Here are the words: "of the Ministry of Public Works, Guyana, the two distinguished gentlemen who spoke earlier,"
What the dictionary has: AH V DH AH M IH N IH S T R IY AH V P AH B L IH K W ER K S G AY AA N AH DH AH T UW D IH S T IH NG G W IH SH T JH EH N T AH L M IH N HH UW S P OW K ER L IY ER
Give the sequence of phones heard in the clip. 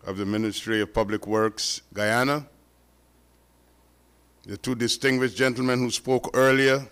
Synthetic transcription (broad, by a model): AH V DH AH M IH N IH S T R IY AH V P AH B L IH K W ER K S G AY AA N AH DH AH T UW D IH S T IH NG G W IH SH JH EH N T L M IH N HH UW S P OW K ER L IY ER